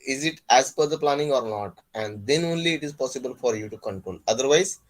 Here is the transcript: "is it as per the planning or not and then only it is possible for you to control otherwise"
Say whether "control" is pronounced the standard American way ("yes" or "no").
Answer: no